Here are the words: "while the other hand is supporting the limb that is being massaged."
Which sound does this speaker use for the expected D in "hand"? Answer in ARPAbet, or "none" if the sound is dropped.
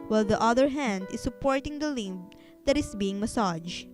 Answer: D